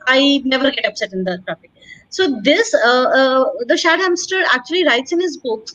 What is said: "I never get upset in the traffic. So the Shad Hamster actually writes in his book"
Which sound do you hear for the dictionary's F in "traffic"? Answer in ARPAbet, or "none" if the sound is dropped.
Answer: P